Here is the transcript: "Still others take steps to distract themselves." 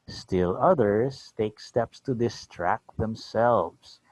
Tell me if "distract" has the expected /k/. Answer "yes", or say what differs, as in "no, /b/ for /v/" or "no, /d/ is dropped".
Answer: yes